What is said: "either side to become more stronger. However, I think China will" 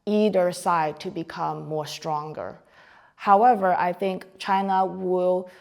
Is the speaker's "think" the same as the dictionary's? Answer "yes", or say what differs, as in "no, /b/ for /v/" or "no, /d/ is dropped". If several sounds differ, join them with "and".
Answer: yes